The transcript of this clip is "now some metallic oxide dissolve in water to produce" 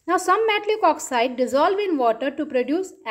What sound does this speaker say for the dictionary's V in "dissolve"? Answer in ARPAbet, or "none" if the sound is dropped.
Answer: V